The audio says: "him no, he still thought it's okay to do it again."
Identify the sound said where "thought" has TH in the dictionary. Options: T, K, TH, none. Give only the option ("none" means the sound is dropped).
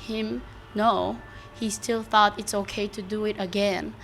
TH